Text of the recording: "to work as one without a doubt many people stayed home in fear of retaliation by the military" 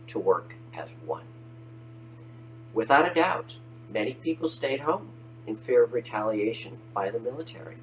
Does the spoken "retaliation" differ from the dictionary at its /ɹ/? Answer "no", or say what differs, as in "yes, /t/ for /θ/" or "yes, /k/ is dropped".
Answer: no